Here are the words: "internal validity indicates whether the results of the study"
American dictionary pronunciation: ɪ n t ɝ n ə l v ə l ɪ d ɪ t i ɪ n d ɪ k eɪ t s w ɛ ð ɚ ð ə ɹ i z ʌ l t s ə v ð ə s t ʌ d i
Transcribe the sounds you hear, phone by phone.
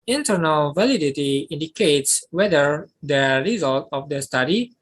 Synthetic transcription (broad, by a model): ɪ n t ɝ n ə l v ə l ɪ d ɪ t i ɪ n d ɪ k eɪ t s w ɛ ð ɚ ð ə ɹ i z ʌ l t ə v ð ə s t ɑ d i